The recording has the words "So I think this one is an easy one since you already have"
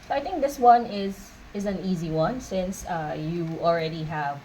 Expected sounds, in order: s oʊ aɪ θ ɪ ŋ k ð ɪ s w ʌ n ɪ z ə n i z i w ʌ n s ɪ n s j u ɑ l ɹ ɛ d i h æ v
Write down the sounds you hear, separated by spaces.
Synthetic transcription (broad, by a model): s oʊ aɪ θ ɪ ŋ k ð ɪ s w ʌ n ɪ z ə n i z i w ʌ n s ɪ n s j u ɑ l ɹ ɛ d i h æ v